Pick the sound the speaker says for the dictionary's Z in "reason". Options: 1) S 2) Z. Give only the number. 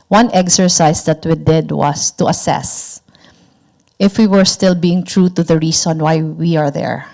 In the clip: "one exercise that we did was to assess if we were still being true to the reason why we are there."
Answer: 1